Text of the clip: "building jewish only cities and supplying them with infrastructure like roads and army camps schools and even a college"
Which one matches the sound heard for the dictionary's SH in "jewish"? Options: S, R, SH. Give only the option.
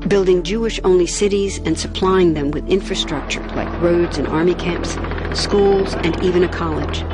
SH